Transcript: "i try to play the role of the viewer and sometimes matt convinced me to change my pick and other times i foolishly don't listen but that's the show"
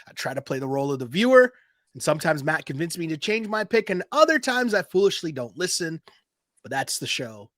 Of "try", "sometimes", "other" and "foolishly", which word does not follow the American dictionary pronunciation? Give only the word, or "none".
none